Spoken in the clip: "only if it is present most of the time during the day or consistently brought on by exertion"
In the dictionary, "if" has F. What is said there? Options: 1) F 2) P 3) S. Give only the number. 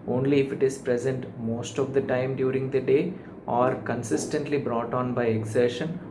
1